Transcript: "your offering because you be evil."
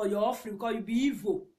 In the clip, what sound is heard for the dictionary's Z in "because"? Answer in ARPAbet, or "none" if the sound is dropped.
none